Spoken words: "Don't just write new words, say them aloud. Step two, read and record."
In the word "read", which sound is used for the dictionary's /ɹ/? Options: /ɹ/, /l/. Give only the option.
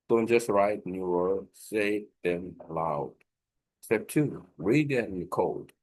/ɹ/